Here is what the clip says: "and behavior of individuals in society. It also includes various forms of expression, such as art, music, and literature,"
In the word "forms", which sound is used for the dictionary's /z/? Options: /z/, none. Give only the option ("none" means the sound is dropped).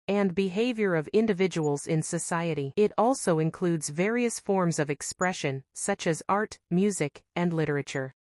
/z/